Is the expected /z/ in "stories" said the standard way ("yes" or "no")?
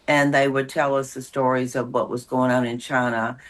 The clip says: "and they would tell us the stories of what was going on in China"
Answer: yes